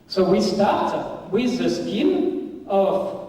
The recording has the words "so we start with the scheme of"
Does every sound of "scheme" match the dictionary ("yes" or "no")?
no